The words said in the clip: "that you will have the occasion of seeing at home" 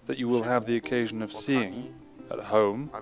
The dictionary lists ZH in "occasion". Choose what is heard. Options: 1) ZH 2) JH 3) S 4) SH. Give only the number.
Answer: 1